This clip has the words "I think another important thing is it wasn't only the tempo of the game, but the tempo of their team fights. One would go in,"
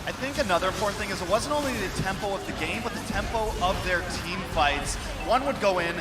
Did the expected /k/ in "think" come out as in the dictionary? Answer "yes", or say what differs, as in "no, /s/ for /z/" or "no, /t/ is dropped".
yes